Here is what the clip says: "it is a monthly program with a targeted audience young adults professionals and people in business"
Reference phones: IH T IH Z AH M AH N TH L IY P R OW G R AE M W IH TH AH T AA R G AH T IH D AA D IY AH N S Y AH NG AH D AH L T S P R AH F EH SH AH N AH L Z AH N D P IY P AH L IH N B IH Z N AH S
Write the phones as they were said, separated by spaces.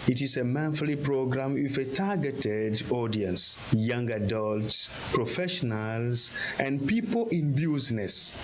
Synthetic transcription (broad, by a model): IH T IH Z AH M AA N F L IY P R OW G R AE M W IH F AH T AA G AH T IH D AA D IY AH N S Y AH NG AH D AH L T S P R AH F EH SH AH N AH L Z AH N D P IY P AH L IH N B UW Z N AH S